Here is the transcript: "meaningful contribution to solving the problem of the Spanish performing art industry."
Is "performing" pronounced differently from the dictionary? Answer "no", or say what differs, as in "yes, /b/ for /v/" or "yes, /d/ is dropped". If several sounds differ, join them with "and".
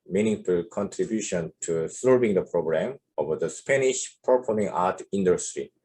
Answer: yes, /p/ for /f/